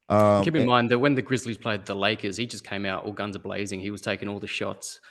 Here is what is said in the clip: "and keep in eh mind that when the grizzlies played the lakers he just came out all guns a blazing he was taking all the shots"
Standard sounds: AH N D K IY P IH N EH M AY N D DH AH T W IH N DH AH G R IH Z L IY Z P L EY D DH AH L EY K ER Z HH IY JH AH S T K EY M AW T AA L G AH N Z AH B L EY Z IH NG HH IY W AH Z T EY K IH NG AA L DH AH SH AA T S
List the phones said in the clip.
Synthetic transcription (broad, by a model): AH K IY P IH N M AY N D DH AH T W IH N DH AH G R IH Z L IY Z P L EY D DH AH L EY K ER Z HH IY JH AH S K EY M AW T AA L G AH N Z AH B L EY Z IH NG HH IY W AH Z T EY K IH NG AA L DH AH SH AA T S